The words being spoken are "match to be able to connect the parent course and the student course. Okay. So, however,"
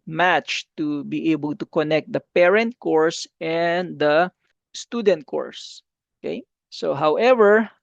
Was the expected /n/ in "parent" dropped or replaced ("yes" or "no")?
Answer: no